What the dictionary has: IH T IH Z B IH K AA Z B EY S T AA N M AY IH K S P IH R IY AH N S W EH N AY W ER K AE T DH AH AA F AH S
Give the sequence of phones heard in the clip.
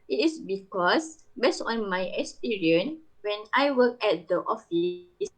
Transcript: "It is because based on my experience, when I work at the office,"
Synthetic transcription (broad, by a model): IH T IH S B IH K AA S B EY S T AA N M AY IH K S P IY R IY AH N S W EH N AY W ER K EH T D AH AA F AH S